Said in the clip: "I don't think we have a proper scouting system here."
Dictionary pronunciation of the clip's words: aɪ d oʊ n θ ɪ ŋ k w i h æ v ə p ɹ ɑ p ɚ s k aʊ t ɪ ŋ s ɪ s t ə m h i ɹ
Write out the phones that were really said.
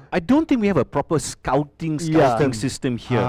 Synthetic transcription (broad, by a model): aɪ d oʊ n t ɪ ŋ k w i h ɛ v ə p ɹ ɑ p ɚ s k aʊ t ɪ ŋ s ɪ s t ə m h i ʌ